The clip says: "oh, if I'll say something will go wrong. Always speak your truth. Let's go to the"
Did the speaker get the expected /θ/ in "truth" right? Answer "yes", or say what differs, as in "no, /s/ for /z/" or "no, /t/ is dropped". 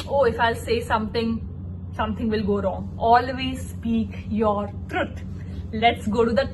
no, /t/ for /θ/